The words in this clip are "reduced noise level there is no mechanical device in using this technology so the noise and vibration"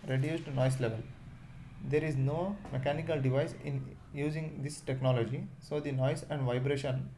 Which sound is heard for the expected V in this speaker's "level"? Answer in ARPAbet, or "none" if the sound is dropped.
V